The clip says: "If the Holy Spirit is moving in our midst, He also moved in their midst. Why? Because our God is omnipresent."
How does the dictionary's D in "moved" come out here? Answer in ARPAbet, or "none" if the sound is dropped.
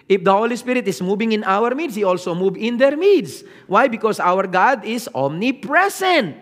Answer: none